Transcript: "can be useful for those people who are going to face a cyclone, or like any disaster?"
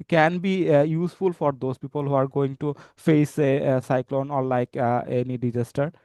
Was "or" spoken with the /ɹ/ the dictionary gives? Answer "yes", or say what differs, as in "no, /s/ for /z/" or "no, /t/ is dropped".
no, /l/ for /ɹ/